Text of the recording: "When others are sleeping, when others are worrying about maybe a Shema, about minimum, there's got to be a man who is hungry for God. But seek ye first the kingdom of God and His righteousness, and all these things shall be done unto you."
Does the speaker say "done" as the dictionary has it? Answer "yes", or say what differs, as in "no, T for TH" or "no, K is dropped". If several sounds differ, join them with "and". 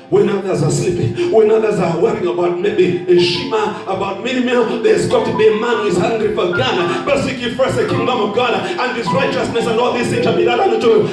no, L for N